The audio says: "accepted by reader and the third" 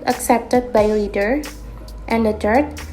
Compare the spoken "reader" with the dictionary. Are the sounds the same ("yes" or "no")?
no